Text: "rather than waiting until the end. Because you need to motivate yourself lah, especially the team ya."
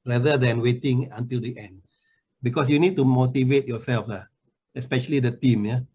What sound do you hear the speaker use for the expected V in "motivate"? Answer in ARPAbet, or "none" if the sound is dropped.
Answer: V